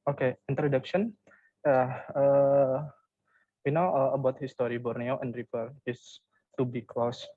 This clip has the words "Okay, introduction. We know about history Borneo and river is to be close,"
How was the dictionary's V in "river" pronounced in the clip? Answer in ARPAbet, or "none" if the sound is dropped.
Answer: F